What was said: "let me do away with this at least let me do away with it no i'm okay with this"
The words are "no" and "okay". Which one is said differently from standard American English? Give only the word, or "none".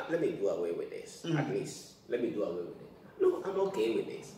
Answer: no